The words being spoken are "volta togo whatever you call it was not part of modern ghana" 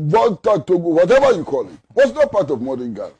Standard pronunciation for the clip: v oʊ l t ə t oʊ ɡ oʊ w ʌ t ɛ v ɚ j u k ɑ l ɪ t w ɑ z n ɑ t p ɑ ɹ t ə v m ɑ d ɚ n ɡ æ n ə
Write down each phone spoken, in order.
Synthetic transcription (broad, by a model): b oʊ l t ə t oʊ ɡ oʊ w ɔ t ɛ v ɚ j u k ɑ l ɪ t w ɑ s n ɑ t p ɑ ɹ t ə v m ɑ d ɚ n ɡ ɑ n